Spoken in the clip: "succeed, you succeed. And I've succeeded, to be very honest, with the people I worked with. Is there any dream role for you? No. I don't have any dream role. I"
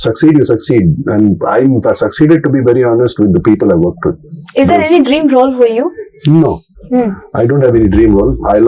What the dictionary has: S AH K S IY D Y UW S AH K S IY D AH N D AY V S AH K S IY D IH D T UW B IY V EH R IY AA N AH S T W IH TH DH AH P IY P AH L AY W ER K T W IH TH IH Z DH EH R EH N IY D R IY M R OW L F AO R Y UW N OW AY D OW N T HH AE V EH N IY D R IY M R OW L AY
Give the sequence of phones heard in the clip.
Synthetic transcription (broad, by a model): S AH K S IY D Y UW S AH K S IY D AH N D AY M S AH K S IY D IH D T UW B IY V EH R IY AA N AH S T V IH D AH P IY P AH L AY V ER K T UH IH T IH Z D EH R EH N IY D R IY M R OW L F AO R Y UW N OW AY D OW N T HH AE V EH N IY D R IY M R OW L AY